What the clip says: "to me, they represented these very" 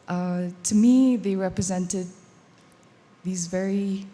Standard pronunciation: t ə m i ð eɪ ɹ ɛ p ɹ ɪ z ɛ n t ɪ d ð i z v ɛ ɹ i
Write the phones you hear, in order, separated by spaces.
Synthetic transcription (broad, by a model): t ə m i ð eɪ ɹ ɛ p ɹ ɪ z ɛ n t ɪ d ð i z v ɛ ɹ i